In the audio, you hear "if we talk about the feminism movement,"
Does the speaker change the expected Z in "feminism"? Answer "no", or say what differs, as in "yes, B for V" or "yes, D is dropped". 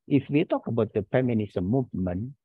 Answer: yes, S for Z